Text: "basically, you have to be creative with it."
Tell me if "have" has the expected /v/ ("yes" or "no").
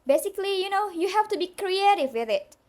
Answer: no